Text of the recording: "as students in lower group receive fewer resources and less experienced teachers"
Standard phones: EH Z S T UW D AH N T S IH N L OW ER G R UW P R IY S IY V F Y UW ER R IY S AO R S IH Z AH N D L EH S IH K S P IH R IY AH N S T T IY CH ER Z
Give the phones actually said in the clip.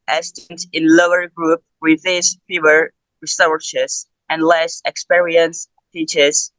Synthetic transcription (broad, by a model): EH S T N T IH N L OW ER G R UW P W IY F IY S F Y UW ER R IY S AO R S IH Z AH N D L EH S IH K S P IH R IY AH N S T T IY CH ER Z